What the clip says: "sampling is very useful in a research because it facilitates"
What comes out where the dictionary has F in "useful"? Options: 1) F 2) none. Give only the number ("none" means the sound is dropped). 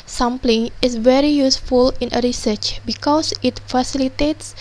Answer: 1